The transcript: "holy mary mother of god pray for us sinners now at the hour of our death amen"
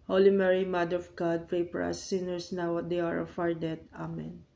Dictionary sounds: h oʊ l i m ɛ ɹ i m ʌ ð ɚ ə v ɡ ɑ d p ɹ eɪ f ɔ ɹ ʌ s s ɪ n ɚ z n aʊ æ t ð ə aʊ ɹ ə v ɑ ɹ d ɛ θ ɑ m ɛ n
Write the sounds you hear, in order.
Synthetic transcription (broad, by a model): h oʊ l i m ɛ ɹ i m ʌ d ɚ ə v ɡ ɑ d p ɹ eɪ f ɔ ɹ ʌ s s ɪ n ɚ s n aʊ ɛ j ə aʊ ɹ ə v ɑ ɹ d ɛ t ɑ m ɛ n